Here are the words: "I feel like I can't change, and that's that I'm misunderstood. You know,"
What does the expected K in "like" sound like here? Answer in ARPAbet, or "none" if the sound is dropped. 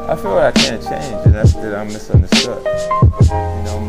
none